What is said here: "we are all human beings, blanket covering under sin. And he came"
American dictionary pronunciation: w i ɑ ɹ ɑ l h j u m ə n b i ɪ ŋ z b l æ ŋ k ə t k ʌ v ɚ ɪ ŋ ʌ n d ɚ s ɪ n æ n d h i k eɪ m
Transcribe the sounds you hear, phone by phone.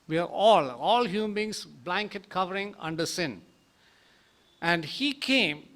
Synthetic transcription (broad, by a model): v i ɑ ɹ ɑ l h j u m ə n b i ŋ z b l æ ŋ k ə t k ʌ v ɚ ɪ ŋ ʌ n d ɚ s ɪ n æ n d h i k eɪ m